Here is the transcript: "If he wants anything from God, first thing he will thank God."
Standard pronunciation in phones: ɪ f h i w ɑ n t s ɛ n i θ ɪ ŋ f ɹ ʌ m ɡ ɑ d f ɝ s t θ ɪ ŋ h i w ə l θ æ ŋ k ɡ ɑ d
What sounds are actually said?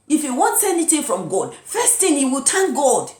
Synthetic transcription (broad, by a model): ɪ f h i w ɑ n t s ɛ n i θ ɪ ŋ f ɹ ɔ m ɡ ɑ d f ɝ s t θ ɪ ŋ h i w ə l t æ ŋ ɡ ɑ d